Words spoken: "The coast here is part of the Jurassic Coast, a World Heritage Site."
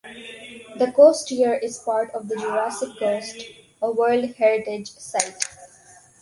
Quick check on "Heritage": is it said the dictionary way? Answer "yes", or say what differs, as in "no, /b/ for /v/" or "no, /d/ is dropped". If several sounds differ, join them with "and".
yes